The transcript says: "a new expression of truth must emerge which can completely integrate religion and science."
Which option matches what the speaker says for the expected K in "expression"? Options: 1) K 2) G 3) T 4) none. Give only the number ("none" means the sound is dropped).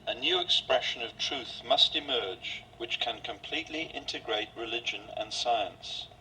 1